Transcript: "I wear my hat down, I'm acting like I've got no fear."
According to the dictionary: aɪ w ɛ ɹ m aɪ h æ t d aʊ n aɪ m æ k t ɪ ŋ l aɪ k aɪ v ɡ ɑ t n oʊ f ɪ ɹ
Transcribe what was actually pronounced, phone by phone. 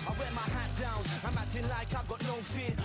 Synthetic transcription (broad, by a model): aɪ w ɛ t m aɪ h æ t d aʊ n aɪ m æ t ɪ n l aɪ k aɪ v ɡ ɑ t n oʊ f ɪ